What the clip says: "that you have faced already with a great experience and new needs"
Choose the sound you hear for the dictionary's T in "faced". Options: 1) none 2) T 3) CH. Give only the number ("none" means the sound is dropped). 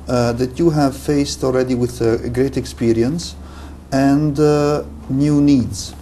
2